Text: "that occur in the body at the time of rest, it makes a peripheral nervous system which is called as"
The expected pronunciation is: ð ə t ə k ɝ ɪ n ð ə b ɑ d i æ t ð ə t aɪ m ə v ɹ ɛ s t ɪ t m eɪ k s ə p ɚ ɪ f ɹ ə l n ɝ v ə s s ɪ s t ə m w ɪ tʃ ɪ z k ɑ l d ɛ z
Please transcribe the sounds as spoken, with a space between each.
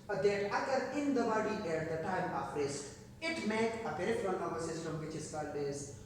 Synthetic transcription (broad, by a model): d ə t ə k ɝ ɪ n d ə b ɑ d i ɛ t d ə t aɪ m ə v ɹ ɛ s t ɪ t m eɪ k ə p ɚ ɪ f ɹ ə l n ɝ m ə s s ɪ s t ə m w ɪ tʃ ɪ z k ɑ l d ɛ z